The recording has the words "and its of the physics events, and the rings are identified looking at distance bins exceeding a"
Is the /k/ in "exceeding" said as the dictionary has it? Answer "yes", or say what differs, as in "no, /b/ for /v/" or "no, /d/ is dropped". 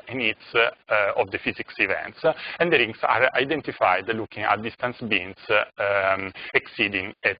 yes